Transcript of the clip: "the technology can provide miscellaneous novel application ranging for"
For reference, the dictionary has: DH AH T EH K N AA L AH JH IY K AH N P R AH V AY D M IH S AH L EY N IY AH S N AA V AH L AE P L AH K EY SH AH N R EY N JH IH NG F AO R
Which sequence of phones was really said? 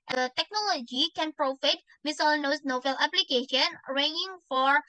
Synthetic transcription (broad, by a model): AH T EH K N AA L AH JH IY K AH N P R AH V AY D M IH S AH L N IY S N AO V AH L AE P L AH K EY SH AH N R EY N IH NG F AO R